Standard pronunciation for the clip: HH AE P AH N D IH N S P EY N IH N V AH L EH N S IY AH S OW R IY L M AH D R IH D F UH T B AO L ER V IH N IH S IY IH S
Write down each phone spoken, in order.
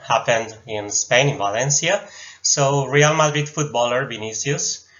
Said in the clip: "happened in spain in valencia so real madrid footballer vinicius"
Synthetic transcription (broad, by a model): HH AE P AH N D IH N S P EY N IH N V AH L EH N S IY AH S OW R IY L M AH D R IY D F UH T B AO L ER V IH N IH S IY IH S